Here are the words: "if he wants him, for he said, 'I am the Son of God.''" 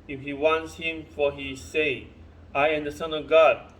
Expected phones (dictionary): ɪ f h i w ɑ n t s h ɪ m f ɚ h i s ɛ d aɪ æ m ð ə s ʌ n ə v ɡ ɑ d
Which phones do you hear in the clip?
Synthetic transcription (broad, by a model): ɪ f h i w ɑ n t s h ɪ m f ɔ h i s ɛ aɪ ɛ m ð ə s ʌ n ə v ɡ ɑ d